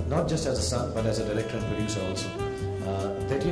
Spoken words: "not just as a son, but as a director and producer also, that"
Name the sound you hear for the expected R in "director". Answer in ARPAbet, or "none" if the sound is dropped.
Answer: L